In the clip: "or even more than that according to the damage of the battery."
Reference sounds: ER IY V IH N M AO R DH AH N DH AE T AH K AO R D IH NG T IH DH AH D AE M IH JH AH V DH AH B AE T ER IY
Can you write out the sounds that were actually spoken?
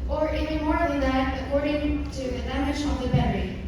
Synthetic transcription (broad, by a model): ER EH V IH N M AO R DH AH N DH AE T AH K AO R D IH NG T IH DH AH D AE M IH SH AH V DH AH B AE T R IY